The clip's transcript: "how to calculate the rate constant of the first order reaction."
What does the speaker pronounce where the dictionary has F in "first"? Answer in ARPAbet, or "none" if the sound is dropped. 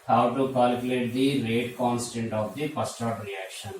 P